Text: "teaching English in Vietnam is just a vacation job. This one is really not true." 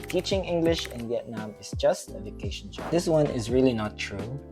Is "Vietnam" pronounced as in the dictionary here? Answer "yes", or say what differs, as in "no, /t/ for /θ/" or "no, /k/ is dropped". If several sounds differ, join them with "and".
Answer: yes